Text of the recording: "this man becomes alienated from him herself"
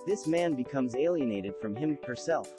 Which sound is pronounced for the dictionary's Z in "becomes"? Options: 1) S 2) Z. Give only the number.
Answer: 2